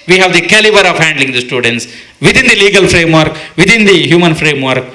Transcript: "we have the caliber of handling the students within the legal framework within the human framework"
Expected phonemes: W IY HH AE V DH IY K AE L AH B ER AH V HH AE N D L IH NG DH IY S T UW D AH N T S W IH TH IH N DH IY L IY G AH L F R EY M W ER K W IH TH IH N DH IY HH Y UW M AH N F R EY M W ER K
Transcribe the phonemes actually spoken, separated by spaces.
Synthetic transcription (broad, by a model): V IY HH AE V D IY K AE L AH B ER AH V HH AE N D L IH NG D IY S T UW D AH N T S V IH T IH N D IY L IY G AH L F R EY M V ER K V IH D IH N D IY HH Y UW M AH N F R EY M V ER K